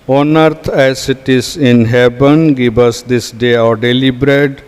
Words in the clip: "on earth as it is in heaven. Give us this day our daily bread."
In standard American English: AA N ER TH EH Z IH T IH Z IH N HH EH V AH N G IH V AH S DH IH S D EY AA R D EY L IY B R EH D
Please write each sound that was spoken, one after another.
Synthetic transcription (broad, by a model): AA N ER T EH S IH T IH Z IH N HH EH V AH N G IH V AH S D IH S D EY AA R D EY L IY B R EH D